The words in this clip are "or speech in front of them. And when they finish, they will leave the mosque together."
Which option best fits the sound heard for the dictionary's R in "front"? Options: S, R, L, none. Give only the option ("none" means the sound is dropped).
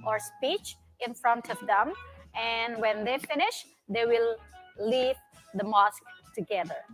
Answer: R